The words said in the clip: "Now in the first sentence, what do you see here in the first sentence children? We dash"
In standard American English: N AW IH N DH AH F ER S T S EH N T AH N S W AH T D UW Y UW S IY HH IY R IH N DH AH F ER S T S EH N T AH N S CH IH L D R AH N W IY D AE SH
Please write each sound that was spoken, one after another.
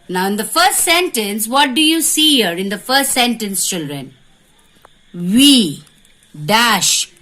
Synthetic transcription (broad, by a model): N AW IH N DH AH F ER S T S EH N T AH N S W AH T D UW Y UW S IY HH IY R IH N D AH F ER S T S EH N T AH N S CH IH L D R AH N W IY D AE SH